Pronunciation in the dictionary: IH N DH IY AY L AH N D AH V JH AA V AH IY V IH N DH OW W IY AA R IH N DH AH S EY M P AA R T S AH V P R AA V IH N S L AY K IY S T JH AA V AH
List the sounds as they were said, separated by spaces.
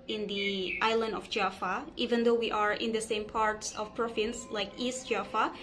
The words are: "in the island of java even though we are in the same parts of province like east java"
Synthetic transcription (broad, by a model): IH N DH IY AY L AH N D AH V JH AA F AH IY V IH N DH OW W IY AA R IH N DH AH S EY M P AA R T S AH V P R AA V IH N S L AY K IY S T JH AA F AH